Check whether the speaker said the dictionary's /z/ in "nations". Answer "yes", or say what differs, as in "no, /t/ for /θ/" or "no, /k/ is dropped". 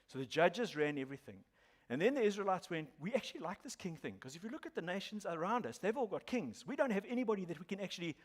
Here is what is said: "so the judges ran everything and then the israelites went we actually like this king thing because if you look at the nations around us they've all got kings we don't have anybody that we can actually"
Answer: yes